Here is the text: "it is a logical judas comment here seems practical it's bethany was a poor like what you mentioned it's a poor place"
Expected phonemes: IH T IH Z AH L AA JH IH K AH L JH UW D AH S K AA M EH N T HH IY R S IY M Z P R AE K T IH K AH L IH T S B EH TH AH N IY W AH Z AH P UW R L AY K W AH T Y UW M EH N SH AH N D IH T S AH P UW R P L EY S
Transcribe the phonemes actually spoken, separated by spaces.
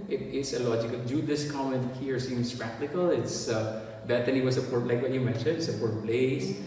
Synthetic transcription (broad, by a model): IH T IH S AH L AA JH IH K AH L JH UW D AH S K AA M EH N T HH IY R S IY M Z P R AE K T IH K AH L IH T S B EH T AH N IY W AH S AH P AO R L AY K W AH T Y UW M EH N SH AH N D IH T S AH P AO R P L EY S